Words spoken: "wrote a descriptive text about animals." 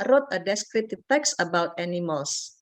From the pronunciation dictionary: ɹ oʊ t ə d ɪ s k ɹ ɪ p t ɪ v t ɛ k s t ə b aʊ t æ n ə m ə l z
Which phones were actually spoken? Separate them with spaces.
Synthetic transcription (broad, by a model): ɹ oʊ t ə d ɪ s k ɹ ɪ t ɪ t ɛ k s ə b aʊ t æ n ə m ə l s